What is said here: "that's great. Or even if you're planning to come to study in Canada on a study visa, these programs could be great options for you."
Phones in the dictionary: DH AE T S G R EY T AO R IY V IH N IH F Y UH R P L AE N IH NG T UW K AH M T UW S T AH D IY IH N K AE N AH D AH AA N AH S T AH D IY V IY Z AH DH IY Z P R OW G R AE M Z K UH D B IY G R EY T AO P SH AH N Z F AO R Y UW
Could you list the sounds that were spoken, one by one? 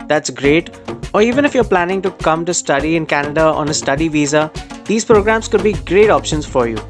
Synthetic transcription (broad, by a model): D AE T S G R EY T AO R IY V IH N IH F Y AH R P L AE N IH NG T UW K AH M T UW S T AH D IY IH N K AE N AH D AH AA N AH S T AH D IY V IY Z AH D IY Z P R OW G R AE M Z K UH D B IY G R EY T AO P SH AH N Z F AO R Y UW